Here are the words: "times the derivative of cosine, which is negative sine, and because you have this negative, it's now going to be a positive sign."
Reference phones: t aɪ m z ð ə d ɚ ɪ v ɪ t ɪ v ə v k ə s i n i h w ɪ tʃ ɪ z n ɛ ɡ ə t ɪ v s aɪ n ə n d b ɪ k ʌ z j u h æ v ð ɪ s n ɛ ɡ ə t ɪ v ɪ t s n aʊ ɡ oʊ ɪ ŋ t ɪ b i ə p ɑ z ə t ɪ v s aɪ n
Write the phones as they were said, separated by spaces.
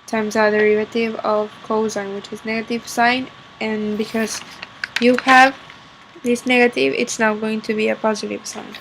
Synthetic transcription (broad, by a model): t aɪ m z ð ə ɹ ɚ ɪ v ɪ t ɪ v ə v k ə ʊ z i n w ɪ tʃ ɪ z n ɛ ɡ ə t ɪ v s aɪ n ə n b ɪ k ʌ z j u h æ v ð ɪ s n ɛ ɡ ə t ɪ v ɪ t s n aʊ ɡ oʊ ɪ ŋ t ɪ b i ə p ɑ z ə t ɪ v s aɪ n